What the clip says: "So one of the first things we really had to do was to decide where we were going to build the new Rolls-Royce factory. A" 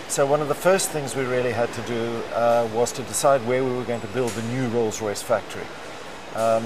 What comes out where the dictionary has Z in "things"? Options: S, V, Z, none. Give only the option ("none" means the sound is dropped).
Z